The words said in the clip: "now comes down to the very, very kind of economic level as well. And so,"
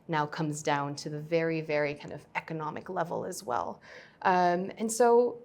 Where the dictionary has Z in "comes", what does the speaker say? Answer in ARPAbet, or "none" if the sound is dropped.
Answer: Z